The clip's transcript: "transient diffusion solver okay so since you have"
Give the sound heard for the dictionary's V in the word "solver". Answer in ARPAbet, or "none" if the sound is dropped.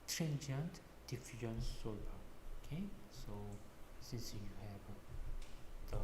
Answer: none